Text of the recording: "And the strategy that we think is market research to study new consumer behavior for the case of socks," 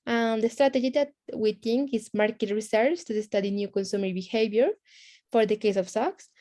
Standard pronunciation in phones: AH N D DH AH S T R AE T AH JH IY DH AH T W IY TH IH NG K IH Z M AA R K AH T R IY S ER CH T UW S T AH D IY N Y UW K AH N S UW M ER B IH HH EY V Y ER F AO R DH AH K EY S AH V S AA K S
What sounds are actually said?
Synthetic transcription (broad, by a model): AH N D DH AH S T R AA T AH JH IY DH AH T W IY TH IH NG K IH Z M AA R K AH T R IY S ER S T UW S T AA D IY N Y UW K AH N S UW M ER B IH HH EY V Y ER F AO R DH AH K EY S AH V S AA K S